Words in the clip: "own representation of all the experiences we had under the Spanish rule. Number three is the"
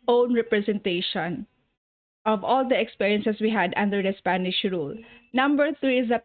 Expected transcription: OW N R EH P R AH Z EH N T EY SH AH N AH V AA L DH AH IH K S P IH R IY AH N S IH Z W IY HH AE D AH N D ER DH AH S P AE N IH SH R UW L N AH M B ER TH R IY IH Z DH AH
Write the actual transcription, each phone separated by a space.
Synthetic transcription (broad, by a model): OW N R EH P R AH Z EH N T EY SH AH N AH V AA L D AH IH K S P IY R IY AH N S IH S W IY HH AE D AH N D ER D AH S P AE N IH SH R UW L N AH M B ER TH R IY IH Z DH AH